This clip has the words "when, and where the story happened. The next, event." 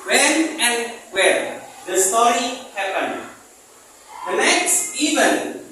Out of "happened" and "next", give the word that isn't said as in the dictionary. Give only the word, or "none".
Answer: happened